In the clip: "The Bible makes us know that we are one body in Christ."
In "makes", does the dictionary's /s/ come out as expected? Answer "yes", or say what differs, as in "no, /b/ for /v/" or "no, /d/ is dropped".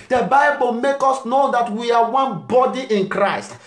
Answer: no, /s/ is dropped